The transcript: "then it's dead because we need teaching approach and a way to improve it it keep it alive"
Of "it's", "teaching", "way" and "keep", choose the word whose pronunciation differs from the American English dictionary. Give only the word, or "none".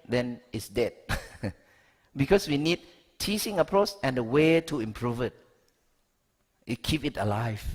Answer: teaching